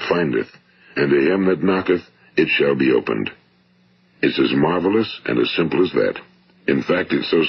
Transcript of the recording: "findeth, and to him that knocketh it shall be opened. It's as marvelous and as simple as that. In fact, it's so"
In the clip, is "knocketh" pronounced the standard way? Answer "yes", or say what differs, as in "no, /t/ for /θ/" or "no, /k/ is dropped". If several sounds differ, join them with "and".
yes